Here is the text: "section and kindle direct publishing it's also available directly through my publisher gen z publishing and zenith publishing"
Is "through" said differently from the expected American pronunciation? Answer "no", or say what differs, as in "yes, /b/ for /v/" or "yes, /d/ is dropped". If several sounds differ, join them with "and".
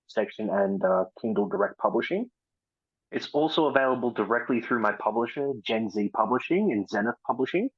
no